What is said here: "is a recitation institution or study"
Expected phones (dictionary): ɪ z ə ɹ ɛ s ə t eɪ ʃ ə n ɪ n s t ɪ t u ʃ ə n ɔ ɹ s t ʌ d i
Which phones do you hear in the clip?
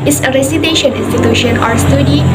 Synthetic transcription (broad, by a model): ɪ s ə ɹ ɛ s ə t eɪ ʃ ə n ɪ n s t ɪ t u ʃ ə n ɔ ɹ s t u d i